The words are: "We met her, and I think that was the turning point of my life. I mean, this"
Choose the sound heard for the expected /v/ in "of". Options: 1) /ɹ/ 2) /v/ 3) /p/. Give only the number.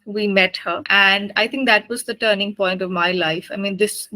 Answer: 2